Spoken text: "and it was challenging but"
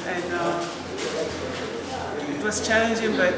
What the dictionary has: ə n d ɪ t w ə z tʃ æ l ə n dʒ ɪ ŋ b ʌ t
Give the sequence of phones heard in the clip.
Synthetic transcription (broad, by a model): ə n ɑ ɪ t w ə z tʃ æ ə n dʒ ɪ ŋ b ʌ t